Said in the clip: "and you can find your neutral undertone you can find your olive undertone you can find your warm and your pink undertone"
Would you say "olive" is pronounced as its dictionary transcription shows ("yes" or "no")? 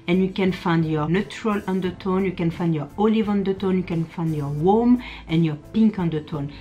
yes